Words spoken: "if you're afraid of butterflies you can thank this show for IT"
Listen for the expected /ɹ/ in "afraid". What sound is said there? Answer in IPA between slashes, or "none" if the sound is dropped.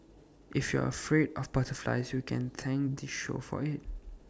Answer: /ɹ/